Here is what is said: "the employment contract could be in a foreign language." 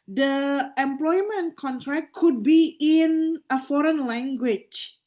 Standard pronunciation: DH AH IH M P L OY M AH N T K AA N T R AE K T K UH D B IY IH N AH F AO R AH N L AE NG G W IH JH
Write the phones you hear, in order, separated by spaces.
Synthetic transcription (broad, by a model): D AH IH M P L OY M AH N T K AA N T R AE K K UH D B IY IH N AH F AO R AH N L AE NG G W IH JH